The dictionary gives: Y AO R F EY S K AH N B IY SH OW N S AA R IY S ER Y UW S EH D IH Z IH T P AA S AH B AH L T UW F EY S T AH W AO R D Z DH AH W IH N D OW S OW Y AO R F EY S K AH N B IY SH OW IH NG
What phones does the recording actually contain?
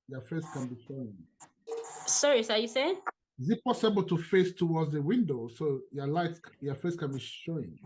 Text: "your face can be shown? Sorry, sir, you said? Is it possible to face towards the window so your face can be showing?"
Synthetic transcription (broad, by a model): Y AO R F EY S K AH N B IY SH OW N S AA R IY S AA Y UW S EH IH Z IH T P AA S AH B AH L T UW F EY S T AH W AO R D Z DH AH W IH N D OW S OW Y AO L F EY S K AH N B IY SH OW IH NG